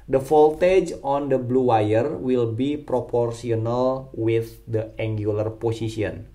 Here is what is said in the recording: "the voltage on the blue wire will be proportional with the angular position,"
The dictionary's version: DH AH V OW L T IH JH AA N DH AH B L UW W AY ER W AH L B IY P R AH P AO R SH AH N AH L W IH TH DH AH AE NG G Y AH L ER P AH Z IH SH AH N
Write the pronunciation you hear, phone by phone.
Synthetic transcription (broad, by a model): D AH F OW L T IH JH AA N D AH B L UW W AY ER W AH L B IY P R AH P AO R S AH N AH L W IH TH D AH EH NG G Y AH L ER P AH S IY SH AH N